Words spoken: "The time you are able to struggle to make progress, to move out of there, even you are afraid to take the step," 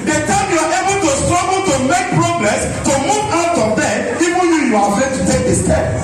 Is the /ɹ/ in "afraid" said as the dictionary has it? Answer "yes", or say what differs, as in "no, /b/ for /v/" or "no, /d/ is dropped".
no, /ɹ/ is dropped